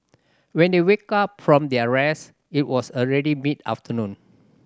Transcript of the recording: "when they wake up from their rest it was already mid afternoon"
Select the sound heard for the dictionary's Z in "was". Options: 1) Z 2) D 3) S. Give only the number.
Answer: 3